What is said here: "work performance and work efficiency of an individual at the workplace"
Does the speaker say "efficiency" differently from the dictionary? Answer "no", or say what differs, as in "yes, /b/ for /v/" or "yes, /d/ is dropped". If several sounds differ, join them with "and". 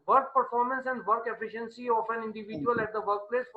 no